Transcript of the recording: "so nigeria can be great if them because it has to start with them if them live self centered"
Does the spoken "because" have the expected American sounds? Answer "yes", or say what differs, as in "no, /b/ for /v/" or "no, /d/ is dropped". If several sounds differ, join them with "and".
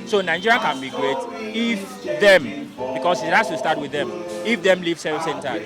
no, /s/ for /z/